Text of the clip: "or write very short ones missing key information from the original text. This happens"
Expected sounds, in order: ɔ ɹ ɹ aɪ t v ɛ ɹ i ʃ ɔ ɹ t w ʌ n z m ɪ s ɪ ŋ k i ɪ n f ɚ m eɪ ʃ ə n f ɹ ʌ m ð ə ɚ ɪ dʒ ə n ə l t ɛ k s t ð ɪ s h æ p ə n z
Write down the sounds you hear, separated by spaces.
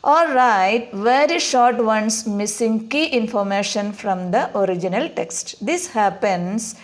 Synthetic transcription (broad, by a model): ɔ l ɹ aɪ t v ɛ ɹ i ʃ ɔ ɹ t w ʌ n s m ɪ s ɪ ŋ k i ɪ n f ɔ m eɪ ʃ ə n f ɹ ʌ m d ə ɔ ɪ dʒ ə n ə l t ɛ k s t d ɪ s h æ p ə n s